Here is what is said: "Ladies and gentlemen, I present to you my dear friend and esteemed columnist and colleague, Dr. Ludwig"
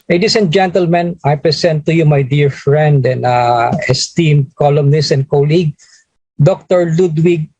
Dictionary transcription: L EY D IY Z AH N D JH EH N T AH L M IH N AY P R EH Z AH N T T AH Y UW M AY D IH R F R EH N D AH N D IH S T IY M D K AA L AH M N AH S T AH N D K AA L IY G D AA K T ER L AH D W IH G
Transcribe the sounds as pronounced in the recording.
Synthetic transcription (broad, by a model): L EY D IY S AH N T JH EH N T AH L M IH N AY P R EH S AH N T T AH Y UW M AY D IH R F R EH N D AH N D IH S T IY M D K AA L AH M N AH S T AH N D K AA L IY G D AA K T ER L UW D W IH G